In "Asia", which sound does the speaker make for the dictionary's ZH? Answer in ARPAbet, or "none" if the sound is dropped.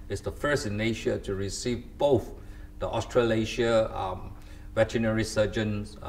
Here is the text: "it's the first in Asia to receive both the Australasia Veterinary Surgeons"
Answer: SH